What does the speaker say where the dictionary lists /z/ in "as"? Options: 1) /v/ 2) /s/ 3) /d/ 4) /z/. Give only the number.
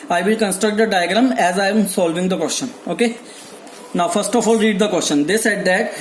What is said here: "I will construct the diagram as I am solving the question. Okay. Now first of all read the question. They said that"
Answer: 4